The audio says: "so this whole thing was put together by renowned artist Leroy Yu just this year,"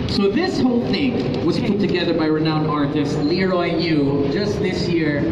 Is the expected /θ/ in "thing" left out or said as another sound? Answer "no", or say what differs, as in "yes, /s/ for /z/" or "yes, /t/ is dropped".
no